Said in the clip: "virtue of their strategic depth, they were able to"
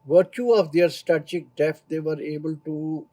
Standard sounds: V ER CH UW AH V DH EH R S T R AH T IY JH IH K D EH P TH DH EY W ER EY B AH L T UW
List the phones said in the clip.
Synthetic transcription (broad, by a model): V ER CH UW AH V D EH R S T AH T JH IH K D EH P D EY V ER EY B AH L T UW